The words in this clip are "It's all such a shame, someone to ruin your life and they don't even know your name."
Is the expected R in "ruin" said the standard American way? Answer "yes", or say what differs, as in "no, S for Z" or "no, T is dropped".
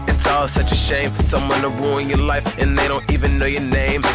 no, W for R